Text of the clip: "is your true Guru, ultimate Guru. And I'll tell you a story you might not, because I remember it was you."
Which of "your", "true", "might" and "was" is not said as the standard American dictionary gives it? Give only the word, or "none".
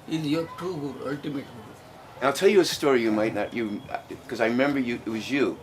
true